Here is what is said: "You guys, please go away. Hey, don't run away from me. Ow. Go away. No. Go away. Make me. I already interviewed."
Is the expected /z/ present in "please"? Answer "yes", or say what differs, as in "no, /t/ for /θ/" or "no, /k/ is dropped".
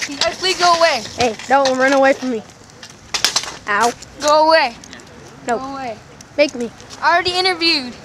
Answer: no, /z/ is dropped